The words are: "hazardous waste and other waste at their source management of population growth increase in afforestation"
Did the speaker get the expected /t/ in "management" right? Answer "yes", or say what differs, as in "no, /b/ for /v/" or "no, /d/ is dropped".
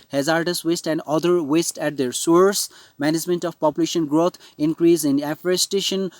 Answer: yes